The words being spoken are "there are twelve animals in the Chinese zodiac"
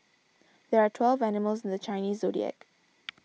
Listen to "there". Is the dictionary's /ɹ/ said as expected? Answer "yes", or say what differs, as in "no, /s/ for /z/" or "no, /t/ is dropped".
yes